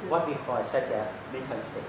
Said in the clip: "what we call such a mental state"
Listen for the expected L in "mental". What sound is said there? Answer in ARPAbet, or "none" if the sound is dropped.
N